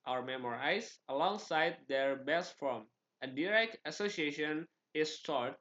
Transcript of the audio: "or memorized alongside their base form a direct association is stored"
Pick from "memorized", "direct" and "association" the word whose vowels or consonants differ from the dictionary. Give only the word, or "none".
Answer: memorized